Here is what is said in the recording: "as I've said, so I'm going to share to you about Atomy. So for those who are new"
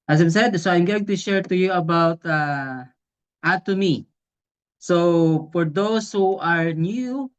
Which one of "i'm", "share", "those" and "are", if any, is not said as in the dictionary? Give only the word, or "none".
those